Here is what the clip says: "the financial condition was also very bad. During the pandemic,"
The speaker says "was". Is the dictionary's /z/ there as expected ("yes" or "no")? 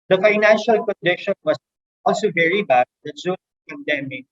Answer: no